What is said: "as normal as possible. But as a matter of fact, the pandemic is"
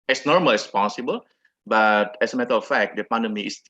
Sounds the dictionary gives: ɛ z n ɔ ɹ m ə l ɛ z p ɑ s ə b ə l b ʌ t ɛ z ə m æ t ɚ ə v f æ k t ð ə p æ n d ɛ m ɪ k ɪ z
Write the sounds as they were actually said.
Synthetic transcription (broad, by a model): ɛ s n ɔ ɹ m ə l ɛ s p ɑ s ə b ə l b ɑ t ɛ s ə m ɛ t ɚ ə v f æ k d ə p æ n d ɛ m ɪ ɪ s